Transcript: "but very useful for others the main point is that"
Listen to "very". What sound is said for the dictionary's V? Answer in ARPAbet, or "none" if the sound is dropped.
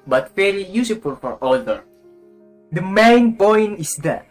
F